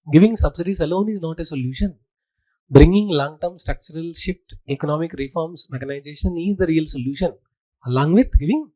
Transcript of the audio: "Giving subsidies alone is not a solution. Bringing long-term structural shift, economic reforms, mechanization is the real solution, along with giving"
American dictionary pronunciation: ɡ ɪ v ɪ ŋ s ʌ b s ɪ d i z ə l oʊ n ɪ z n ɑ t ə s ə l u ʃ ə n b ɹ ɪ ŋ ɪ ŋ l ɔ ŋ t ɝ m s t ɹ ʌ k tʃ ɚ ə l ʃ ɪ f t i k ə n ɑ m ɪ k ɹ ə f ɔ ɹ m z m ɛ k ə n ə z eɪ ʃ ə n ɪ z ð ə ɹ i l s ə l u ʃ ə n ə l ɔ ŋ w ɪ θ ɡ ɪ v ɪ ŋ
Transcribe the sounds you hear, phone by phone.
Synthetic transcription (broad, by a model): ɡ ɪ v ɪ ŋ s ʌ b s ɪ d i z ə l oʊ n ɪ z n ɑ t ə s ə l u ʃ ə n b ɹ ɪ ŋ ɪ ŋ l ɔ ŋ t ɝ m s t ɹ ʌ k tʃ ɚ ə l ʃ ɪ f t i k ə n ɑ m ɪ k ɹ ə f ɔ ɹ m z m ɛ k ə n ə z eɪ ʃ ə n ɪ z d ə ɹ i l s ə l u ʃ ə n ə l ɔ ŋ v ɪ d ɡ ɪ v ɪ ŋ